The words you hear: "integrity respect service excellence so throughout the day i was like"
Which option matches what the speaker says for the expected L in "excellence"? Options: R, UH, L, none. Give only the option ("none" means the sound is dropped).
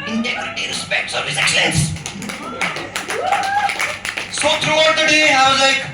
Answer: none